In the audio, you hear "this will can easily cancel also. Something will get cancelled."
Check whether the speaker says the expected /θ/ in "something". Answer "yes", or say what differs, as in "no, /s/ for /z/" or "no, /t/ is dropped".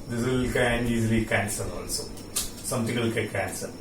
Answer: no, /t/ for /θ/